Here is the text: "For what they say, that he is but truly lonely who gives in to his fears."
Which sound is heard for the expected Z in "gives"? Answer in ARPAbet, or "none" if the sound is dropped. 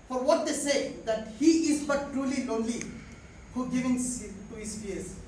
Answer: none